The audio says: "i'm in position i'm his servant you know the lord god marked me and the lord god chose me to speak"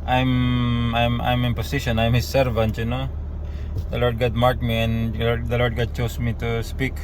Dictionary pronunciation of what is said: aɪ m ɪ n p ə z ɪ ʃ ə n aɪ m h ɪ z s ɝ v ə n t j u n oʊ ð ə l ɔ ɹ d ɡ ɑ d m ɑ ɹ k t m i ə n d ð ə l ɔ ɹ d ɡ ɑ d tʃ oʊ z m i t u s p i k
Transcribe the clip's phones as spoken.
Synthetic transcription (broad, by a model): aɪ m ɪ n p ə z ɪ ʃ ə n aɪ m h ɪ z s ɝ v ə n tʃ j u n oʊ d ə l ɔ ɹ d ɡ ɑ d m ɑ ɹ t m i ə n d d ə l ɔ ɹ d ɡ ɑ d tʃ oʊ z m i t u s p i k